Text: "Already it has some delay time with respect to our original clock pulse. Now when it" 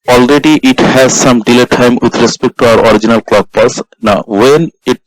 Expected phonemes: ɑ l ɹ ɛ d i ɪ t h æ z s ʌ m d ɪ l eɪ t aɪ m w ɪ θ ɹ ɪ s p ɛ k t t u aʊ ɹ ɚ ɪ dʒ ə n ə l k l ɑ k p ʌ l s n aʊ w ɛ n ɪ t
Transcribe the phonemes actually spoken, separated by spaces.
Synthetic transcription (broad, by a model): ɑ l ɹ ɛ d i ɪ t h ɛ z s ʌ m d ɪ l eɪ t aɪ m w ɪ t ɹ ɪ s p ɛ k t t u aʊ ɹ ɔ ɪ dʒ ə n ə l k l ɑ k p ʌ s n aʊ w ɛ n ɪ t